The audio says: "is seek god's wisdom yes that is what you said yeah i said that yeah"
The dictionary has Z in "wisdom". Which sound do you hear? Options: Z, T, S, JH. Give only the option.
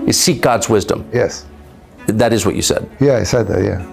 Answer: Z